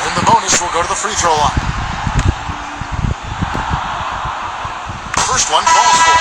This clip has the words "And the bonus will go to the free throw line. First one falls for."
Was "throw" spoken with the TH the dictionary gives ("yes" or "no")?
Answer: no